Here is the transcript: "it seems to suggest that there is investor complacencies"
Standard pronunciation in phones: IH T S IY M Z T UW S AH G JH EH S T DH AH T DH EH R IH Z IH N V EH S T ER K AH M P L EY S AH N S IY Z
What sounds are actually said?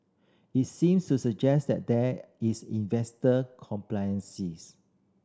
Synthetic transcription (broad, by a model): IH T S IY M S T UW S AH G JH EH S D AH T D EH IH S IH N V EH S T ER K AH M P L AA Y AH N S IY S